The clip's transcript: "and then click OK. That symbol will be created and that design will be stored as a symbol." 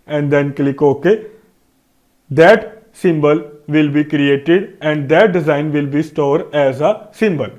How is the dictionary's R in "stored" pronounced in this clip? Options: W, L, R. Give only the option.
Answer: R